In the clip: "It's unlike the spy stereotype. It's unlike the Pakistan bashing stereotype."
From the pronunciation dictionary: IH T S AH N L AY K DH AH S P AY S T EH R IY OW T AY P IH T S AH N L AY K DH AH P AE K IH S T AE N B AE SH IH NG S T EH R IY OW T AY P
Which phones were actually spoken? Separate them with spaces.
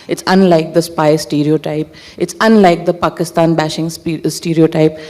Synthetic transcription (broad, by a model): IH T S AH N L AY K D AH S P AY S T EH R IY OW T AY P IH T S AH N L AY K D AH P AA K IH S T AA N B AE SH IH NG S T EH R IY OW T AY P